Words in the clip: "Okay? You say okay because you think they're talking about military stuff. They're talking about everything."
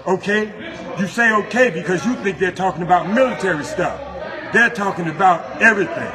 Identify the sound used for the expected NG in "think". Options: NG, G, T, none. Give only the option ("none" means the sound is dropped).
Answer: NG